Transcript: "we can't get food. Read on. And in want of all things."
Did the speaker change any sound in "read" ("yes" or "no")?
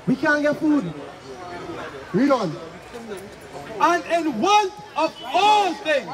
yes